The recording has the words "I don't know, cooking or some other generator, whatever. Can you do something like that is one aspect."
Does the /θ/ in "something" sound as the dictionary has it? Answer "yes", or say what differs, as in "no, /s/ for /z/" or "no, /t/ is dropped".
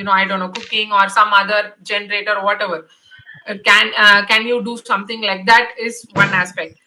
no, /t/ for /θ/